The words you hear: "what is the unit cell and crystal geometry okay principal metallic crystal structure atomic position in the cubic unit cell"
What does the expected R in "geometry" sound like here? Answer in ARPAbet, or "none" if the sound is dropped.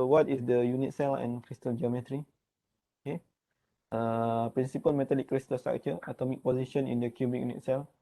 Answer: R